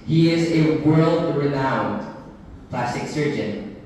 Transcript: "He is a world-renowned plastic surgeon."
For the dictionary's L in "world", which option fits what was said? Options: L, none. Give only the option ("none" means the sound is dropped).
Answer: L